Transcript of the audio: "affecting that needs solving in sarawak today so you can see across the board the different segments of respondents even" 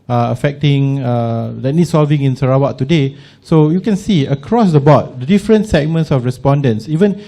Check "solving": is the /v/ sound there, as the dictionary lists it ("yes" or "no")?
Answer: yes